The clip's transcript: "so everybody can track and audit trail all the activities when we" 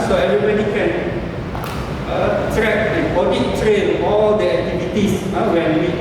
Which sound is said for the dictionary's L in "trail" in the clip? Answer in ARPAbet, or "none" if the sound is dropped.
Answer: N